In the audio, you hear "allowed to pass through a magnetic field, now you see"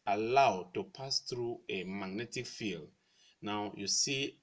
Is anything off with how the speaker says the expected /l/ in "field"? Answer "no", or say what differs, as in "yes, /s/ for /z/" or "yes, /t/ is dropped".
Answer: no